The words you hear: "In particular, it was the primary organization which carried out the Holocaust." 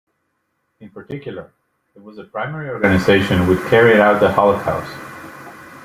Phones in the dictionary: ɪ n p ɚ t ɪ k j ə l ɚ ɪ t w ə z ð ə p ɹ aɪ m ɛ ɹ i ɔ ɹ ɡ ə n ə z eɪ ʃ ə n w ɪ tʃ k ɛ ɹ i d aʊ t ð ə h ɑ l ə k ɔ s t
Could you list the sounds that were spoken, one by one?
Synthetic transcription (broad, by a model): ɪ n p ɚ t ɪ k j l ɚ ɪ t w ə z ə p ɹ aɪ m ɛ ɹ i ɔ ɹ ɡ ə n ə z eɪ ʃ ə n w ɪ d k ɛ ɹ i d aʊ t ð ə h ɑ l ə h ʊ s